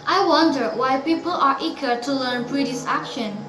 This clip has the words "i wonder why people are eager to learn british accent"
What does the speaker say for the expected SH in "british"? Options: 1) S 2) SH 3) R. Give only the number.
1